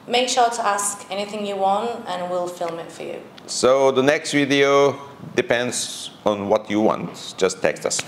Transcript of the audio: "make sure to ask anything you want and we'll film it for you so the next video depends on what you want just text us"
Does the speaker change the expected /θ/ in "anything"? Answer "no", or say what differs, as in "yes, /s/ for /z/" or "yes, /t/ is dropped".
no